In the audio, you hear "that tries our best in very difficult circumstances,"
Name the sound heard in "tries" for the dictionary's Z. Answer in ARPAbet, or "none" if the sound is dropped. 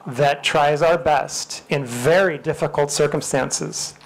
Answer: Z